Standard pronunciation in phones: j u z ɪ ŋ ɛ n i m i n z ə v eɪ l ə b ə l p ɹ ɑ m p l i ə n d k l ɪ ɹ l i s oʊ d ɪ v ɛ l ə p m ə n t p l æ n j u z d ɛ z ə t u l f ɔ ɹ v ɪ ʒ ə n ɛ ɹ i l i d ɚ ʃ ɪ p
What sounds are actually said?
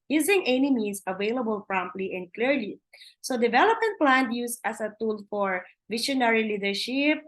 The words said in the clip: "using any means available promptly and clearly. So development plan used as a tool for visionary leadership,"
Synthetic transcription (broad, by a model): j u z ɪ ŋ ɛ n i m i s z ə v eɪ l ə b ə l p ɹ ɑ m p l i ə n d k l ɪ ɹ l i s oʊ d ɪ v ɛ l ə p m ə n t p l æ n j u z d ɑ s ə t u l f ɔ ɹ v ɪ ʃ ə n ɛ ɹ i l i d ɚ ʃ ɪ p